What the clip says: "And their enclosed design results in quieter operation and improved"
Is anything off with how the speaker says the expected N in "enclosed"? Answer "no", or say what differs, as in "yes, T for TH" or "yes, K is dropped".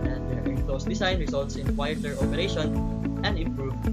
yes, N is dropped